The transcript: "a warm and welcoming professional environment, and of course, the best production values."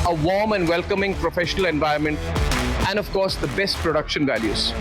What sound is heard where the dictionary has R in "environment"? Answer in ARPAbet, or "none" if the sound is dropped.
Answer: none